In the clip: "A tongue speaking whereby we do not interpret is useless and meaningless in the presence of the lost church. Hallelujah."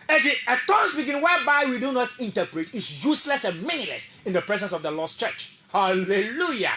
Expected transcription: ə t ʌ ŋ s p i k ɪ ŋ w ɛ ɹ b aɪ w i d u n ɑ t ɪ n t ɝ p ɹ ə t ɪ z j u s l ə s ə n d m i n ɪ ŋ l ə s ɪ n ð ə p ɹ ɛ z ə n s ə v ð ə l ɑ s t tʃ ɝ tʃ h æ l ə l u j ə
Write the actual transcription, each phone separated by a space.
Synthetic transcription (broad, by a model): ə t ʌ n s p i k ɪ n w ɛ b aɪ w i d u n ɑ t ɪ n t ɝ p ɹ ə t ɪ s j u s l ə s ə n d m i n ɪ l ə s ɪ n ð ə p ɹ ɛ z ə n s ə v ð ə l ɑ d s tʃ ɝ tʃ h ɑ l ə l u j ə